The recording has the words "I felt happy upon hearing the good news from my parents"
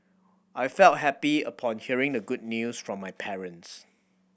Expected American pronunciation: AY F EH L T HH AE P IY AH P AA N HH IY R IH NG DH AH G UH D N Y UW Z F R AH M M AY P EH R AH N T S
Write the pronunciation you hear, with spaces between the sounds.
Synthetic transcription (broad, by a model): AY F EH L T HH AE P IY AH P AA N HH IY R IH NG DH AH G UH D N Y UW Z F R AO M M AY P EH R AH N T S